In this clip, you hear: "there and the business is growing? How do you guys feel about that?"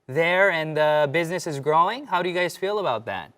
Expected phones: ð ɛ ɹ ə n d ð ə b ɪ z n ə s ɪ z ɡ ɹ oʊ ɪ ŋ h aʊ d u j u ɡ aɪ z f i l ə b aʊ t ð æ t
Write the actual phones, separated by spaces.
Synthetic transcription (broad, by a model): ð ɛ ɹ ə n ð ə b ɪ z n ə s ɪ z ɡ ɹ oʊ ɪ ŋ h aʊ d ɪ j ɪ ɡ aɪ z f i l ə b aʊ t ð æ t